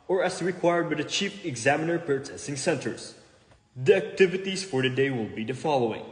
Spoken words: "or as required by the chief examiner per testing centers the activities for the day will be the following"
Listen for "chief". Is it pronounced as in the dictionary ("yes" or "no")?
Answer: no